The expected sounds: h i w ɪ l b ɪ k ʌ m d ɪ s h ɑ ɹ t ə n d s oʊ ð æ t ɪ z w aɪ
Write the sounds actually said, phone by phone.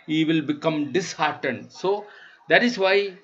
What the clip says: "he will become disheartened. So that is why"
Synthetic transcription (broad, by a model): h i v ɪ l b ɪ k ʌ m d ɪ s h ɑ ɹ t ə n d s oʊ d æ t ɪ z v aɪ